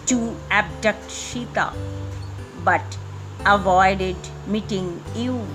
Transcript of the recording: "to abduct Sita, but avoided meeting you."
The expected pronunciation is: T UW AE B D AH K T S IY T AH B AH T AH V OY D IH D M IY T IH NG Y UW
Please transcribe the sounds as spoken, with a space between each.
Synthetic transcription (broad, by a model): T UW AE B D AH K T SH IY T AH B AH T AH V OY D IH D M IY T IH NG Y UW